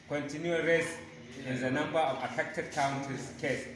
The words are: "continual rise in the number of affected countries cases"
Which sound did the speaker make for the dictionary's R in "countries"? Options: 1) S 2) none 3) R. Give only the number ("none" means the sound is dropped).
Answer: 2